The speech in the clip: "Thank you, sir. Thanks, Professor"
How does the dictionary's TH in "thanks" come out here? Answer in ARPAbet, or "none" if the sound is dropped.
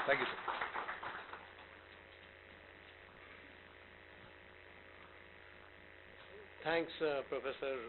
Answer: T